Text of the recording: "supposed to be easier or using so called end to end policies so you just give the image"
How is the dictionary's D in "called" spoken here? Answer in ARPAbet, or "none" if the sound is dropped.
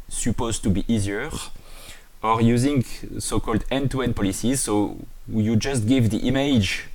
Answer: D